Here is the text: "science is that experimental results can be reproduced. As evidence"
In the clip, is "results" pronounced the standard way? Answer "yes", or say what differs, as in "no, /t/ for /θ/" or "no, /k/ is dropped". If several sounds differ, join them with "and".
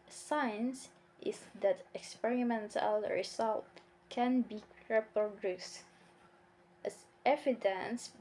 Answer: no, /s/ is dropped